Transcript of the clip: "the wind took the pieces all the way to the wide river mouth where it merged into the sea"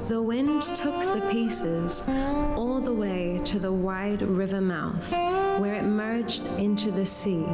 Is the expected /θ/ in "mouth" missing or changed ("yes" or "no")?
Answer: no